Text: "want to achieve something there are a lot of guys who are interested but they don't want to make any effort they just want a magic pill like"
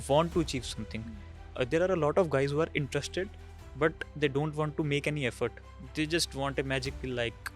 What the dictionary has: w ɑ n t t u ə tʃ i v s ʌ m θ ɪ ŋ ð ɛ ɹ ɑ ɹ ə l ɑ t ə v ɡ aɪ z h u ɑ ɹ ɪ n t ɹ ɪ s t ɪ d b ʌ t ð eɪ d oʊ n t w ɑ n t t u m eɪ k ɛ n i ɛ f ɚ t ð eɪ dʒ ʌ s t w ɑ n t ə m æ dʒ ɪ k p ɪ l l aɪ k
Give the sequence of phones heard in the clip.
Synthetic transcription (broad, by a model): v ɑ n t t u ə tʃ i v s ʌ m t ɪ ŋ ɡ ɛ ɹ ɑ ɹ ə l ɑ t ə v ɡ aɪ z h u ɑ ɹ ɪ n t ɹ ɪ s t ɪ d b ʌ t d eɪ d oʊ n t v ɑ n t t u m eɪ k ɛ n i ɛ f ɚ t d eɪ dʒ ʌ s t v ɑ n t ə m æ dʒ ɪ k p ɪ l l aɪ k